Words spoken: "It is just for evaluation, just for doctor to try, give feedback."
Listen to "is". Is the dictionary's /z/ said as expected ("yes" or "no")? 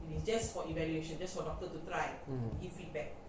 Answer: no